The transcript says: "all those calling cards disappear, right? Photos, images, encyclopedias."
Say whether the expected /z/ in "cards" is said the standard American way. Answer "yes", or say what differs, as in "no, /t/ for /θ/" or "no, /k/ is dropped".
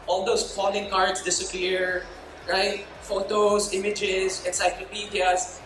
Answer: no, /s/ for /z/